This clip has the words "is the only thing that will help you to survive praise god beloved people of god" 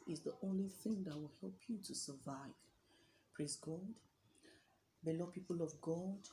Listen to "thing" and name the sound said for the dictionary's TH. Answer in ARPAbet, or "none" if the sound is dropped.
TH